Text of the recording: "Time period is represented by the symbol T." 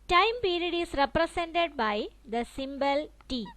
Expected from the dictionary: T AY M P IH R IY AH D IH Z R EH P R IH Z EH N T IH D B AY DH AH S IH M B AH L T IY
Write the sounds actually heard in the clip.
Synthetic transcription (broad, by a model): T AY M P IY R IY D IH S R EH P R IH S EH N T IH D B AY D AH S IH M B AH L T IY